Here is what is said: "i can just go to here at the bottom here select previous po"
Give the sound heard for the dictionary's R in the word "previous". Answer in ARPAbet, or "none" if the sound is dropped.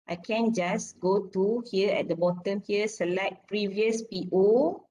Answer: R